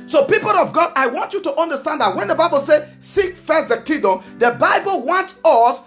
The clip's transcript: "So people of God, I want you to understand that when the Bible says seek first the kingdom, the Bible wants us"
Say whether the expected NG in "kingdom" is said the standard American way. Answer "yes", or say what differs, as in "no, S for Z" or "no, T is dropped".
no, NG is dropped